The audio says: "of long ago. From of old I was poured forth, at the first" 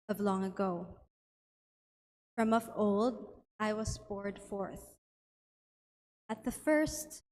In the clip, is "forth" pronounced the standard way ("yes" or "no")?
yes